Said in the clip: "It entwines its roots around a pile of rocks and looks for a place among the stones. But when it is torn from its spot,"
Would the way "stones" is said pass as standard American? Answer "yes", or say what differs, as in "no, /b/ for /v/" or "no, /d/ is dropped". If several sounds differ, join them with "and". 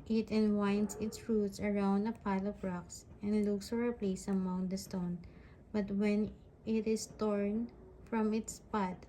no, /z/ is dropped